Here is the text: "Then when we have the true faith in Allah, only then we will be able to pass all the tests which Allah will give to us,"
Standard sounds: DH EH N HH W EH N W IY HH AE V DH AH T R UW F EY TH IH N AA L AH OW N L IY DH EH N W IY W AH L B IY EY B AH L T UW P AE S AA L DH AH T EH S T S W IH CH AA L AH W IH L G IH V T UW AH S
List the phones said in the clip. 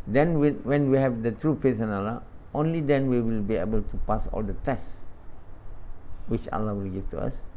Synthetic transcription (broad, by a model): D EH N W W EH N W IY HH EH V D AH T R UW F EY S IH N AA L AH OW N L IY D EH N W IY W AH L B IY EY B AH L T UW P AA S AA L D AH T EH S S W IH CH AA L AH W IH L G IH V T UW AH S